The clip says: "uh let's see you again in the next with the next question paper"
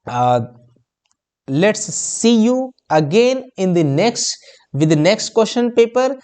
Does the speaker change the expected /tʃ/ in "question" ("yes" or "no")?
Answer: yes